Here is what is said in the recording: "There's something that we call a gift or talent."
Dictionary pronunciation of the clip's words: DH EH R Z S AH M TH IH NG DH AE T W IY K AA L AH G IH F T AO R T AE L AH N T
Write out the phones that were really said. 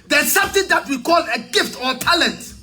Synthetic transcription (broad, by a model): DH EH S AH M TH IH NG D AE T W IY K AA L AH G IH F T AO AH T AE L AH N T